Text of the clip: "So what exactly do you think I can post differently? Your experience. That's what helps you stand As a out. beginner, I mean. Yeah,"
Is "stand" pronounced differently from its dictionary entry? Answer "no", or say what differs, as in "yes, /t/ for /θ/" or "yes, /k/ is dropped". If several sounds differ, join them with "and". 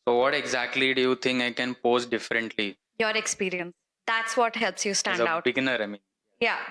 yes, /d/ is dropped